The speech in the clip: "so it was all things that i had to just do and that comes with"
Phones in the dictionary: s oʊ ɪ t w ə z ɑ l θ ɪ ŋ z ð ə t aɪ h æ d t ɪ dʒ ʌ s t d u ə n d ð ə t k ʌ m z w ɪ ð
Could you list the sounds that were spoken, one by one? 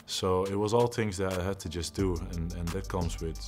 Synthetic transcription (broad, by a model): s oʊ ɪ t w ə z ɑ l θ ɪ ŋ z ð ə t aɪ h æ d t ɪ dʒ ʌ s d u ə n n ð ə t k ʌ m z w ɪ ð